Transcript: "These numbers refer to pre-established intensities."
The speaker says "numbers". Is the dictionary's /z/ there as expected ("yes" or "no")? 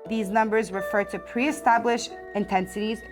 yes